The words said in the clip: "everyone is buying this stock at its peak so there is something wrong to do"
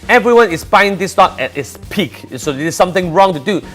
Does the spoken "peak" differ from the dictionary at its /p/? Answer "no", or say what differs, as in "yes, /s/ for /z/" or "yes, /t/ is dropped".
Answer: no